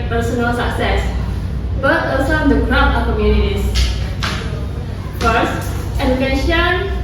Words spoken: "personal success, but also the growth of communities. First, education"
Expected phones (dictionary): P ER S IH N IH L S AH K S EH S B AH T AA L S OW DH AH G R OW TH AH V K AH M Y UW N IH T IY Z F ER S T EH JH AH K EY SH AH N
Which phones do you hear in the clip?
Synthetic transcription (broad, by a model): P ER S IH N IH L S AH K S EH S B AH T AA S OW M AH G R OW T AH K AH M Y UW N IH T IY S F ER S T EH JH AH K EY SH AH N